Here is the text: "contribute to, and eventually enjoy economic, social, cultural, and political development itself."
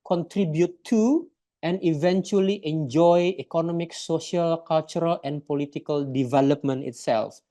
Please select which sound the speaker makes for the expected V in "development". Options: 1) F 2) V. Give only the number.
2